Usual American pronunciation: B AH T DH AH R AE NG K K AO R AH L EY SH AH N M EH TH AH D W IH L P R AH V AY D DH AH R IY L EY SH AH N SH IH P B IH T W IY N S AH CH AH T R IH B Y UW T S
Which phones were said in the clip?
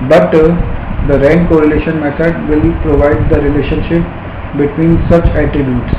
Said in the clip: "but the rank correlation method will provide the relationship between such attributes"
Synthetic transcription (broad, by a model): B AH T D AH R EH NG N K AO R AH L EY SH AH N M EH S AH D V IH L P R AH V AY D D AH R IY L EY SH AH N SH IH P B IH T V IY N S AH CH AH T R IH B Y UW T S